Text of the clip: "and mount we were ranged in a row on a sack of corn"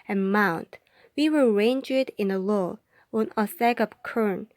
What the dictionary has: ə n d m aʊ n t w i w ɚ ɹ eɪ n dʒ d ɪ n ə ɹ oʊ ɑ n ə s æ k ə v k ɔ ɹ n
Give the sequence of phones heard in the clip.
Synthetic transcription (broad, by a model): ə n m aʊ n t w i w ɚ ɹ eɪ n dʒ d ɪ n ə l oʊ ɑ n ə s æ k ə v k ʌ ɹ n